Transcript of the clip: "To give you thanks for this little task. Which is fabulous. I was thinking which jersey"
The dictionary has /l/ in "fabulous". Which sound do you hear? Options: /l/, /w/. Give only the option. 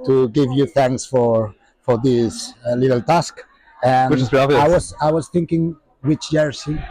/w/